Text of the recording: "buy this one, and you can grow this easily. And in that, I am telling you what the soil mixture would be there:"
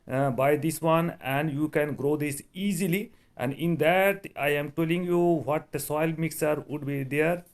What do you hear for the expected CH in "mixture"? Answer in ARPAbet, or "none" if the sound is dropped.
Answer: none